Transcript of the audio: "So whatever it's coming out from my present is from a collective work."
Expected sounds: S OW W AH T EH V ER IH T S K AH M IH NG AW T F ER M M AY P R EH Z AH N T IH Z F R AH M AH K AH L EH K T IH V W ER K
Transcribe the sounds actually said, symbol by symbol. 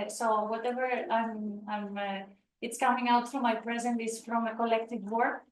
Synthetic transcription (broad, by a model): S OW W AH T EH V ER IH T S K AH M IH NG AW T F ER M M AY P R EH Z AH N T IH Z F R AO M AH K AH L EH K T IH V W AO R